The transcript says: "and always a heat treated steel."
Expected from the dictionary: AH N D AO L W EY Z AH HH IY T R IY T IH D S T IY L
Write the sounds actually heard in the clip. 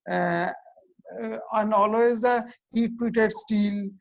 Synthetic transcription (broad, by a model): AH N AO L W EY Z AH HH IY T W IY T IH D S T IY L